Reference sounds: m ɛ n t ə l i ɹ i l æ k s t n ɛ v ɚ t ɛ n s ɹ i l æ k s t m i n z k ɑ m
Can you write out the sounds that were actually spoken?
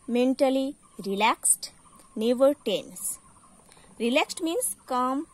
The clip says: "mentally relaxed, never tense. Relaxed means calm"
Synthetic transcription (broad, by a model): m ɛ n t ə l i ɹ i l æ k s t n ɛ v ɚ t ɛ n s ɹ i l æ k s t m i n s k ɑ m